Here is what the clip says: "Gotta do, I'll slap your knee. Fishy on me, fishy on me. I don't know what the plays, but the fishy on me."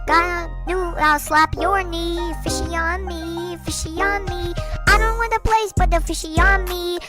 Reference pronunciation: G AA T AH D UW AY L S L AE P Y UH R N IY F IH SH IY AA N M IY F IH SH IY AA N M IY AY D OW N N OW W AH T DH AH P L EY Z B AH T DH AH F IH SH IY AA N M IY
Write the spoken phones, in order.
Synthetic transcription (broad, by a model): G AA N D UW AY L S L AE P Y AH R N IY F IH SH IY AA N M IY F IH SH IY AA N M IY AY D OW N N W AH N DH AH P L EY S B AH T DH AH F IH SH IY AA N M IY